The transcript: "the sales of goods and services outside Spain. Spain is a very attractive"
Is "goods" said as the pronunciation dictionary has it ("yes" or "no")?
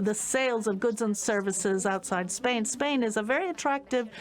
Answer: yes